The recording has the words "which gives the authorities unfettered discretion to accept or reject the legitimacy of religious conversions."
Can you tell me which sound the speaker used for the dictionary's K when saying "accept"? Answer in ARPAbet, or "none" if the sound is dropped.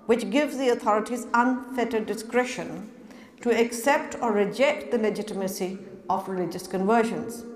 K